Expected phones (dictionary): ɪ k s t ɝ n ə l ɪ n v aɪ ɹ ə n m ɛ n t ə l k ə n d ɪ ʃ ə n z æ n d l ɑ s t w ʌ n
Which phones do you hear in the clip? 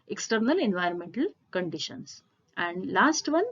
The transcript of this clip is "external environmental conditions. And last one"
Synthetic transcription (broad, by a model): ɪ k s t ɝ n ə l ɪ n v aɪ ɹ ə n m ɛ n t ə l k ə n d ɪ ʃ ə n s æ n d l ɑ s t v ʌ n